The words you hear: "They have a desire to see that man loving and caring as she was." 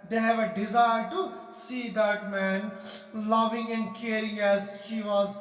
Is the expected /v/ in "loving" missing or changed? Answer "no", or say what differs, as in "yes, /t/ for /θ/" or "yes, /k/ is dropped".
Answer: no